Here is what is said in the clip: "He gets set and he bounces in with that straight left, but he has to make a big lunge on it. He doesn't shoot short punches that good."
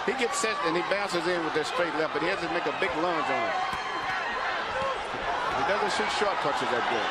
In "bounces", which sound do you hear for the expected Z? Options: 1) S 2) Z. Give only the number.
2